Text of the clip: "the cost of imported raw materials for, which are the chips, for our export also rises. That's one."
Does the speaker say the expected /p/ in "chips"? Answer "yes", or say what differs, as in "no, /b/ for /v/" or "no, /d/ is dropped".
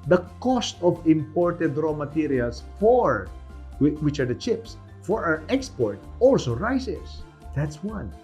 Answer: yes